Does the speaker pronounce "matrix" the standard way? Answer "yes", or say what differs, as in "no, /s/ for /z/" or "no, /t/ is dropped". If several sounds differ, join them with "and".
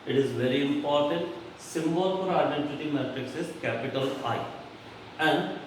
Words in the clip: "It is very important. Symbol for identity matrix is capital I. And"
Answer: yes